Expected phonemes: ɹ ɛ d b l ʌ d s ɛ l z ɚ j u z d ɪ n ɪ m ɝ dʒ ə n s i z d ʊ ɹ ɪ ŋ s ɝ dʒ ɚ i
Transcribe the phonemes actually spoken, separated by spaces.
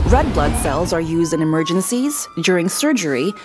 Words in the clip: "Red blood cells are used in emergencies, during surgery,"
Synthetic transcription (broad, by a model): ɹ ɛ d b l ʌ d s ɛ l z ɚ j u z d ɪ n ɪ m ɝ dʒ ə n s i z d ʊ ɹ ɪ ŋ s ɝ dʒ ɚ i